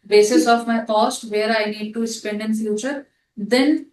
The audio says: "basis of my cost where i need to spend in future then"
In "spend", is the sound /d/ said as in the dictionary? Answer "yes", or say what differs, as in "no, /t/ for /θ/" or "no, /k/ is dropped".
yes